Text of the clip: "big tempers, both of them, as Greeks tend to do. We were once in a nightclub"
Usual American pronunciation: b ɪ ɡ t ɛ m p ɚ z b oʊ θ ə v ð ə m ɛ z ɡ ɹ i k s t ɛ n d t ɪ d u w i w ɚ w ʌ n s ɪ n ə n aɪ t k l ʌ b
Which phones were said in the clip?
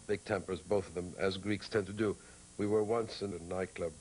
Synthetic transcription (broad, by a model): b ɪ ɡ t ɛ m p ɚ z b oʊ θ ə v ð ə m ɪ z ɡ ɹ i k s t ɛ n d t ɪ d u w i w ɚ w ʌ n s ɪ n ə n aɪ k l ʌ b